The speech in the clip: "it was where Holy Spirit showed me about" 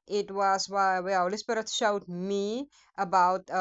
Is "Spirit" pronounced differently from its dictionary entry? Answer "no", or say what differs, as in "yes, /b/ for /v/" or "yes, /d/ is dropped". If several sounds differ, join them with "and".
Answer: yes, /b/ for /p/